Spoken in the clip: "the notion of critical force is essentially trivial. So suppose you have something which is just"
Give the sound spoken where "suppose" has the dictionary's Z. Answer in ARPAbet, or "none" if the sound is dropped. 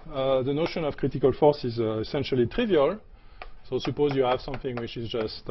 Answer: Z